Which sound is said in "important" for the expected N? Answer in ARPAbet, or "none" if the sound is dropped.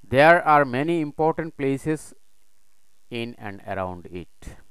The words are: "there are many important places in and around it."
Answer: N